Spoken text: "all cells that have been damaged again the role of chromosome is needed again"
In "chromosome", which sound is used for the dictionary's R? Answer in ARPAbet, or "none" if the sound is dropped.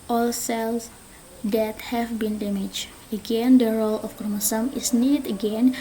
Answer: none